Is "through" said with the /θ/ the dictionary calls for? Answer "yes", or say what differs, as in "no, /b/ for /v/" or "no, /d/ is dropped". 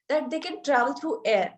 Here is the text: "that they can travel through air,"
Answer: no, /t/ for /θ/